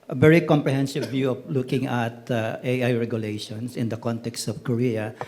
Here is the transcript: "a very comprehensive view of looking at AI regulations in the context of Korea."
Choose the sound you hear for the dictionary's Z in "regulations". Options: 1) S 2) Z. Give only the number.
1